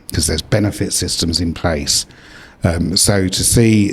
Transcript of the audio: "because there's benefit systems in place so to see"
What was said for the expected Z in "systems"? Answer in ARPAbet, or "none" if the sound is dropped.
Z